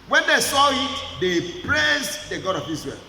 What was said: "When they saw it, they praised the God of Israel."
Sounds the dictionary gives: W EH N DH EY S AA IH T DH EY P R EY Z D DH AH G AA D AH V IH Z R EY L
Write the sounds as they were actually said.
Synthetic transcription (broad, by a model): W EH N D EY S AA IH T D EY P L EY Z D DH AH G AA D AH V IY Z R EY L